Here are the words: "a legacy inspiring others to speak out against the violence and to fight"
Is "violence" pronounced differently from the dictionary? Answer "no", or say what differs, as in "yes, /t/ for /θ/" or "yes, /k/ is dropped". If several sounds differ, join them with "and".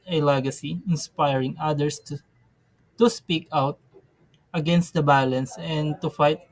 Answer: yes, /b/ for /v/